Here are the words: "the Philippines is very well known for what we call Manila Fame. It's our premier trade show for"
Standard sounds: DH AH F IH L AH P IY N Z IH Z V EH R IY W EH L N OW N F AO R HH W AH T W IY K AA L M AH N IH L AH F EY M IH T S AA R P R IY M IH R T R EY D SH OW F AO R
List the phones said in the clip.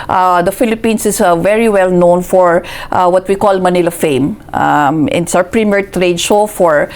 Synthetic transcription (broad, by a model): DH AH F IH L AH P IY N S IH S V EH R IY W EH L N OW N F AO R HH W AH T W IY K AA L M AH N IH L AH F EY M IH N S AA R P R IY M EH R T R EY D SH OW F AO R